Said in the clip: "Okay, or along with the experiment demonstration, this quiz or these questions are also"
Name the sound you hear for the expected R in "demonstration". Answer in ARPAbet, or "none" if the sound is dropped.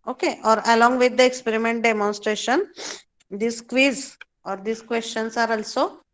R